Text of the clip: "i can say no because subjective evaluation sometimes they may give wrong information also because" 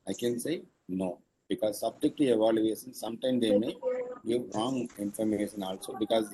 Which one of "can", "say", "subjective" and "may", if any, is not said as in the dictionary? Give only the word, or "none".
subjective